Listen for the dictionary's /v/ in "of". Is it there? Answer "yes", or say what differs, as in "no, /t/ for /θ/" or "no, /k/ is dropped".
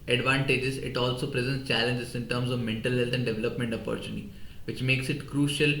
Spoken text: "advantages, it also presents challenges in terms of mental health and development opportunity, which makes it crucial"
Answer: yes